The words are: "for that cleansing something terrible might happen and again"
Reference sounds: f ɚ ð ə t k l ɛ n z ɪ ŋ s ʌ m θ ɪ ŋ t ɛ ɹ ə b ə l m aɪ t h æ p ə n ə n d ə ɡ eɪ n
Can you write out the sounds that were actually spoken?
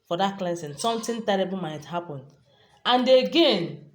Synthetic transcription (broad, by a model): f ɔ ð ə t k l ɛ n s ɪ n s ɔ m t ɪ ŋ t ɛ ɹ ə b ə l m aɪ t h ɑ p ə n ə n d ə ɡ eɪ n